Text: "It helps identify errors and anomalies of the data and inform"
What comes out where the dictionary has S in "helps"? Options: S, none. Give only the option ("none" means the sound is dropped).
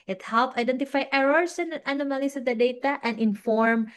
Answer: none